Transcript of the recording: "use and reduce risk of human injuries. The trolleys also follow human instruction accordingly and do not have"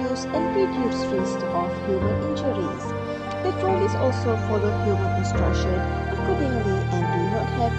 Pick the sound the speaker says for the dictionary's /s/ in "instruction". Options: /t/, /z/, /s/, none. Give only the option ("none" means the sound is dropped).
/s/